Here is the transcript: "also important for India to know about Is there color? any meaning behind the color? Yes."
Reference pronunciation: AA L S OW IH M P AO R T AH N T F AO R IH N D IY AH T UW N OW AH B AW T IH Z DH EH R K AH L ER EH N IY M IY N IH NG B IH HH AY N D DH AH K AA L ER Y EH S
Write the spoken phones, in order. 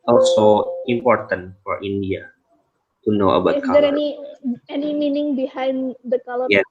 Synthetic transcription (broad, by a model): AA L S OW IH M P AO R T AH N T F AO R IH N D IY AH T UW N OW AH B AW IH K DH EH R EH N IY EH N IY M IY N IH NG B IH HH AY N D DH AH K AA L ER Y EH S